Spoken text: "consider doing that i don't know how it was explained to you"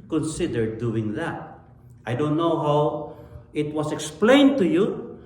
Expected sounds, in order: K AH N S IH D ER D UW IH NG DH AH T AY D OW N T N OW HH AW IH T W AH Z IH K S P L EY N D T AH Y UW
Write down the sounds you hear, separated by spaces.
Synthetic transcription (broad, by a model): K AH N S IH D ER D UW IH NG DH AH T AY D OW N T N OW HH AW IH T W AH S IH K S P L EY N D T AH Y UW